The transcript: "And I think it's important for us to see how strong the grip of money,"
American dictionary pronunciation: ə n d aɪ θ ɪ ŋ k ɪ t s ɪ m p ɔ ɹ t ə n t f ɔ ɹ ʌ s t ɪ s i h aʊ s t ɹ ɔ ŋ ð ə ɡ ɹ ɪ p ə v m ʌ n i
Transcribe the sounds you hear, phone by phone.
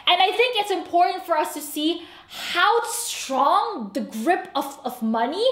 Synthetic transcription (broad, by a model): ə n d aɪ θ ɪ ŋ k ɪ t s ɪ m p ɔ ɹ t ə n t f ɔ ɹ ʌ s t ɪ s i h aʊ s t ɹ ɔ ŋ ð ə ɡ ɹ ɪ p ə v m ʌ n i